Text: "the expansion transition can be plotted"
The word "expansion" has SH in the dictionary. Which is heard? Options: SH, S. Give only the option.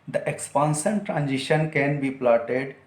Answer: S